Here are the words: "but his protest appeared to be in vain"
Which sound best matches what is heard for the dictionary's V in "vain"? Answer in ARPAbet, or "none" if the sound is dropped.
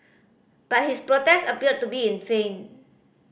F